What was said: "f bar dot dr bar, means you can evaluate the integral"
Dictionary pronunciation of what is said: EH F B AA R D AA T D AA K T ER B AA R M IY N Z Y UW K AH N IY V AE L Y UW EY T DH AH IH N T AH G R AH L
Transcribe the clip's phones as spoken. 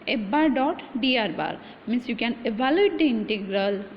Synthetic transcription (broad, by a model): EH B AA R D AA T D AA T B AA R M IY N S Y UW K AH N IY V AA L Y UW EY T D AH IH N T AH G R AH L